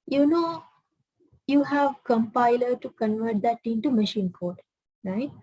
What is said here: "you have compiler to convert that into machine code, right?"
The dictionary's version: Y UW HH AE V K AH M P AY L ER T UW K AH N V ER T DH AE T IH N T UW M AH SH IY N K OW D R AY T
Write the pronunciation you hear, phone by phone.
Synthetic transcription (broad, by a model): Y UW HH AE V K AH M P AY L ER T UW K AH N V ER T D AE T IH N T UW M AH SH IY N K OW D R AY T